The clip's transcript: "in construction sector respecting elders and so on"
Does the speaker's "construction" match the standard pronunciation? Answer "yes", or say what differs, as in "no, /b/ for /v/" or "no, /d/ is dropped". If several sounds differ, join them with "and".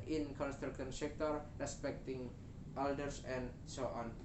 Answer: no, /ʃ/ is dropped